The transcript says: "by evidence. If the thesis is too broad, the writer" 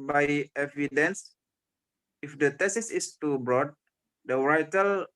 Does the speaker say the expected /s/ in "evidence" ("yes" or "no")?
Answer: yes